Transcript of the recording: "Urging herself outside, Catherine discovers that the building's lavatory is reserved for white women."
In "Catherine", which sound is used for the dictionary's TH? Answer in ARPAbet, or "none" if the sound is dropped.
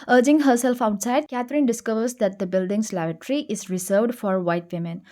T